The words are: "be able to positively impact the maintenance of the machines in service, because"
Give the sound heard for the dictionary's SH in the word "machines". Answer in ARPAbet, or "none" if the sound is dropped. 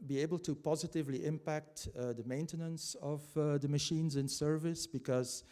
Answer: SH